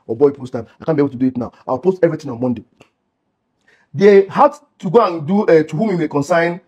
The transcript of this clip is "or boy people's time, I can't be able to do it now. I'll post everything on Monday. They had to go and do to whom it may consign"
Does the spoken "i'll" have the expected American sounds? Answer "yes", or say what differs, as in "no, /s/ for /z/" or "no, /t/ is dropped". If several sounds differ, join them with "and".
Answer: no, /w/ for /l/